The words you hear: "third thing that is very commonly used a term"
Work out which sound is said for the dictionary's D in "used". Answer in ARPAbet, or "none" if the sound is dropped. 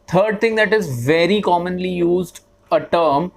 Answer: D